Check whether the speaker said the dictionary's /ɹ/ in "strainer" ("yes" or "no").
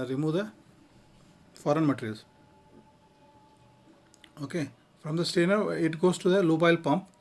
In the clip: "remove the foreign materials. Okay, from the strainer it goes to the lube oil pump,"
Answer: no